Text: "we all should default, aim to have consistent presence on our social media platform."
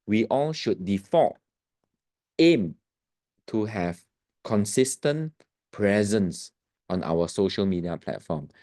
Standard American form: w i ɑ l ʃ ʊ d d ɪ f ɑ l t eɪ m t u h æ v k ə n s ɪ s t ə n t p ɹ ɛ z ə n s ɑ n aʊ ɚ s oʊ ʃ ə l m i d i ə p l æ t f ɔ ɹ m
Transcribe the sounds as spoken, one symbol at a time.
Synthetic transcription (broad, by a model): w i ɑ l ʃ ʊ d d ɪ f ɑ t eɪ m t u h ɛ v k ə n s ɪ s t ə n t p ɹ ɛ z ə n s ɑ n aʊ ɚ s oʊ ʃ ə l m i d i ə p l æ t f ɔ m